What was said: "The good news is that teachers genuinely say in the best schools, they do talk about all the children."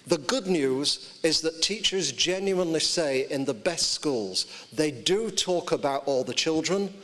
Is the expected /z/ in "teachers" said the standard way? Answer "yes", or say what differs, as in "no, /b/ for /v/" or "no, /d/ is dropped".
yes